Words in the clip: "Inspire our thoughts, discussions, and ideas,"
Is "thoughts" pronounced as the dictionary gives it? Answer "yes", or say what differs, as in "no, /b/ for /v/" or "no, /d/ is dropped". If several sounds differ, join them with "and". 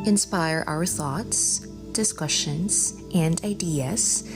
yes